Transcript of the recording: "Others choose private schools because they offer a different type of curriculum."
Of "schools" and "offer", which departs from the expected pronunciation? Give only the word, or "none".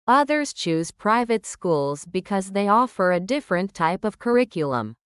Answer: none